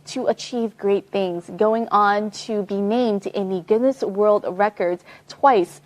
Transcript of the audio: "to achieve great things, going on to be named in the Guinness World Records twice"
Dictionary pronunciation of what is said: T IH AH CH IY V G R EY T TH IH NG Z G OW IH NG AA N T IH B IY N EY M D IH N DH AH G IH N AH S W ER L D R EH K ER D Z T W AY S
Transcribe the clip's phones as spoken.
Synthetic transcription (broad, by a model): T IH AH CH IY V G R EY T TH IH NG Z G OW IH NG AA N T IH B IY N EY M D IH N DH AH G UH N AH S W ER L D R EH K ER D Z T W AY S